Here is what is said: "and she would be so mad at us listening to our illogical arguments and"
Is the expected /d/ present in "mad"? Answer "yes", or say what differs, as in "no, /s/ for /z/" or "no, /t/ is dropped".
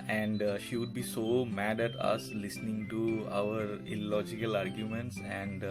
yes